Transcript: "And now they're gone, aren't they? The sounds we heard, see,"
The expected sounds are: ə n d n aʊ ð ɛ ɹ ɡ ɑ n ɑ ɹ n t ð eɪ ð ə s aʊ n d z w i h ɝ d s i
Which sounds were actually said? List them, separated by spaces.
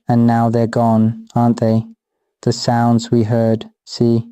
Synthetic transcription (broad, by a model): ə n n aʊ ð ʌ ɹ ɡ ɑ n ɑ ɹ n ð eɪ ð ə s aʊ n d z w i h ɝ d s i